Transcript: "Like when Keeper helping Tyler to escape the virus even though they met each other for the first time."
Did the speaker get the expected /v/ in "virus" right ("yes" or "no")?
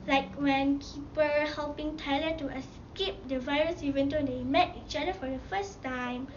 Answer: yes